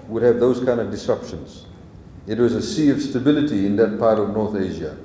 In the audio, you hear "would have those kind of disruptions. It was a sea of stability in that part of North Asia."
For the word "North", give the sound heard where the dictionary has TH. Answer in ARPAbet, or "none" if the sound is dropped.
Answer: TH